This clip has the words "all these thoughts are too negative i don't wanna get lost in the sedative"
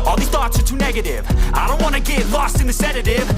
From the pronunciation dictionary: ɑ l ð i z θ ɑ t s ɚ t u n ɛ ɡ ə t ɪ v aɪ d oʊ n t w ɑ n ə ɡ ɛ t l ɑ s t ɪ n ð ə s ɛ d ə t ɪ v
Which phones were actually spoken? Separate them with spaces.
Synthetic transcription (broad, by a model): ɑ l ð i θ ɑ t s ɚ t u n ɛ ɡ ə t ɪ v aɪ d oʊ n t w ɑ n ə ɡ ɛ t l ɑ s t ɪ n ð ə s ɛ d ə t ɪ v